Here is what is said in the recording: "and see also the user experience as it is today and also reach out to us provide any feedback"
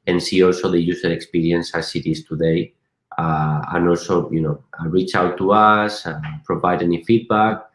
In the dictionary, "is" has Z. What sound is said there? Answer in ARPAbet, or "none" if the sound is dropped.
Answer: S